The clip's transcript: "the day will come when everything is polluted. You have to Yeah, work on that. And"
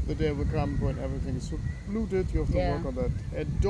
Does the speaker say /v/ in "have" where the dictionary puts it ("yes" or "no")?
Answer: no